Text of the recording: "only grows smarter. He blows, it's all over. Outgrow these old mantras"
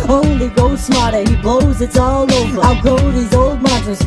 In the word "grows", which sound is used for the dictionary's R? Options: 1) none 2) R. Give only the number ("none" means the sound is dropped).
1